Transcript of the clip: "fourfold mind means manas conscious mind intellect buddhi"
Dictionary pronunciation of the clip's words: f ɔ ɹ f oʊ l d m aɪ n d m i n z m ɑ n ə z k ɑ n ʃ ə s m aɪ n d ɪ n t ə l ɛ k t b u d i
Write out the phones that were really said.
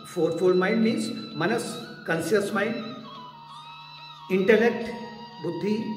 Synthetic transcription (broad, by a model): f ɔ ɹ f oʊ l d m aɪ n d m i n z m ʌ n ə s k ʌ n s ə s m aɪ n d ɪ n t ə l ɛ k t b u d i